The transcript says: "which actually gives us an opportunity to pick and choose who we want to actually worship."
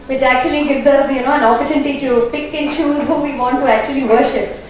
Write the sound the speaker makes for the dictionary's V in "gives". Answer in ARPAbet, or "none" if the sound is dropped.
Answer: V